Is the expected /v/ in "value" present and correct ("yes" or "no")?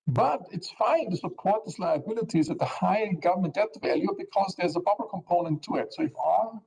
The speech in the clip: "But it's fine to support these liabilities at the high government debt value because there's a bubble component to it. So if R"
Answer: yes